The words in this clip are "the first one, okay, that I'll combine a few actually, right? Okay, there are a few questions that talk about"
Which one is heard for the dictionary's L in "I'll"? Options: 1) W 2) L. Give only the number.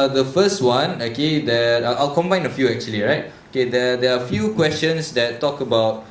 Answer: 2